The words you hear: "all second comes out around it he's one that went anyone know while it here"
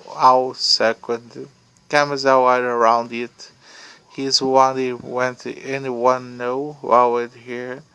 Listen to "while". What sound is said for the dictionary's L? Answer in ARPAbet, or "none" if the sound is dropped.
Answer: W